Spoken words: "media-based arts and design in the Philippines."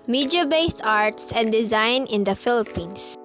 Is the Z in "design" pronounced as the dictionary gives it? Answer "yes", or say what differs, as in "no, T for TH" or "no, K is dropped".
yes